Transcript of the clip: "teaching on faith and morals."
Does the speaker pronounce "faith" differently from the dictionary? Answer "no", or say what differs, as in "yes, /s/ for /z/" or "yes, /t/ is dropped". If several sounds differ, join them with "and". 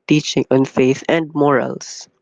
no